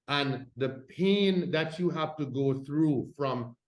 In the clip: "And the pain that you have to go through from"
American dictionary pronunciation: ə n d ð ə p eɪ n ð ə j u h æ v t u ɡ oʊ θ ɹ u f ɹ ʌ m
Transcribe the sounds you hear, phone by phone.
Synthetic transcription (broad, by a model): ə n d ð ə p eɪ n ð ə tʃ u h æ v t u ɡ oʊ θ ɹ u f ɹ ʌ m